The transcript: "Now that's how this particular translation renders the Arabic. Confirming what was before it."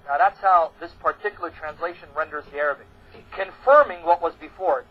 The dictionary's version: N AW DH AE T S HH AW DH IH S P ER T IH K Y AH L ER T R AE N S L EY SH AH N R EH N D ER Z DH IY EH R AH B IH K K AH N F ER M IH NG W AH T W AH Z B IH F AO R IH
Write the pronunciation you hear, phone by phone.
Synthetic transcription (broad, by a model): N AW DH AE T S HH AW DH IH S P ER T IH K Y L ER T R AE N S L EY SH AH N R EH N D ER Z DH IY EH R AH B IH K K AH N F ER M IH NG W AH T W AH Z B IH F AO R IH